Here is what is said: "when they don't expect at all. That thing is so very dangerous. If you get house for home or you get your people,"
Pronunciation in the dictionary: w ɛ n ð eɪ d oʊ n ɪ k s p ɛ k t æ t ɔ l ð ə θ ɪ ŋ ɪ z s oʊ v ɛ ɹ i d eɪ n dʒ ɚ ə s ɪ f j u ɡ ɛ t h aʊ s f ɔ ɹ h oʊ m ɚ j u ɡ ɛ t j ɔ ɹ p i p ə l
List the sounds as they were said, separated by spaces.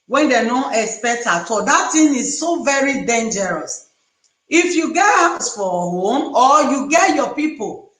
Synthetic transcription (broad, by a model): w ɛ n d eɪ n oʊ ɪ k s p ɛ k t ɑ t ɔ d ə t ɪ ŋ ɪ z s oʊ v ɛ ɹ i d eɪ n dʒ ɚ ə s ɪ f j u ɡ ɛ t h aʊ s f ɔ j h oʊ m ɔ j u ɡ ɛ t j ɔ p i p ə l